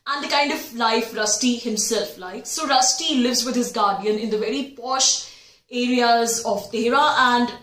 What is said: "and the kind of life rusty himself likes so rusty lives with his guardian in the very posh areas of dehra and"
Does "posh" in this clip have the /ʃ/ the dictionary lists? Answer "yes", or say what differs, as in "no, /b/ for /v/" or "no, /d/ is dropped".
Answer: yes